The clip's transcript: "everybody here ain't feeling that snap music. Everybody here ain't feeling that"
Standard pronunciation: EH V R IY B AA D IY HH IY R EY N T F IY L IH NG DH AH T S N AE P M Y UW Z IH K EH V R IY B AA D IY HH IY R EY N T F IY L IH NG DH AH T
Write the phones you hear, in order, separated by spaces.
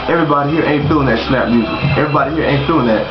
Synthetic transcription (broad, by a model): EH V R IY B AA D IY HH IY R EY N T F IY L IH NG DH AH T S L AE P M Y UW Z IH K EH V R IY B AA D IY HH IY R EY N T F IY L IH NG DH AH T